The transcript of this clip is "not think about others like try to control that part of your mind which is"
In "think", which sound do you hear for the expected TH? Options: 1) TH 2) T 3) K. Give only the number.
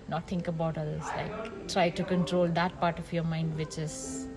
2